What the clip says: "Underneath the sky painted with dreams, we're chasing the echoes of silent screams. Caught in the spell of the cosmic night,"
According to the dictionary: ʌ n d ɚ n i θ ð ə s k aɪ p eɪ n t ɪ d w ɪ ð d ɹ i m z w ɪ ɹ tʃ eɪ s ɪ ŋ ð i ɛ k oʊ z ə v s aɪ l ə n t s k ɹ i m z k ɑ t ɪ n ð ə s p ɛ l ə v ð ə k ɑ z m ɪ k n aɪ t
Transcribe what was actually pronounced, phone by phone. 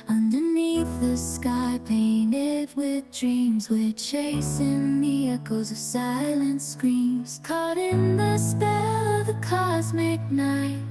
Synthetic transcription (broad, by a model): ʌ n d ɚ n i θ ð ə s k aɪ p eɪ n t ɪ d w ɪ ð d ɹ i m z w ɪ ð tʃ eɪ s ɪ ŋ ð i ɛ k oʊ z ə v s aɪ l ə n t s k ɹ i m z k ɑ t ɪ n ð ə s p ɛ l ə v ð ə k ɑ z m ɪ k n aɪ t